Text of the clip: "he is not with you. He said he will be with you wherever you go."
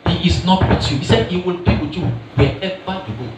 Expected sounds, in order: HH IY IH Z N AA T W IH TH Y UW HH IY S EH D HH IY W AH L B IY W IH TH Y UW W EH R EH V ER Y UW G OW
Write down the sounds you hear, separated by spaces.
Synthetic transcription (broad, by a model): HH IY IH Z N AA T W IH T Y UW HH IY S EH D HH IY W AH L B IY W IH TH Y UW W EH EH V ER Y UW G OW